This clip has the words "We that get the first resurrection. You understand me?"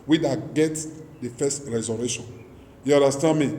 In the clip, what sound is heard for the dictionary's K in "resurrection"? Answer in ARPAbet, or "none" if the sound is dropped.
none